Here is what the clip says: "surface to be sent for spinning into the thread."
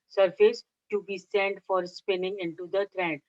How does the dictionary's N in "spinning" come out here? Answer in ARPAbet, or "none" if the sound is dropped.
N